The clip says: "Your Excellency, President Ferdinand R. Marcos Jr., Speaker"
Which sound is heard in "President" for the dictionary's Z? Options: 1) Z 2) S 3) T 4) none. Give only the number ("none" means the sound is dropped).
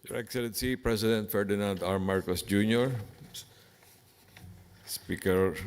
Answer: 2